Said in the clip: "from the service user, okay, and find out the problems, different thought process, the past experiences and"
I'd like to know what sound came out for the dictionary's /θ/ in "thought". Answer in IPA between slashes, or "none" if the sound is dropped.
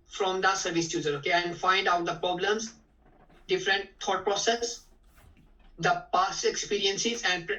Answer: /t/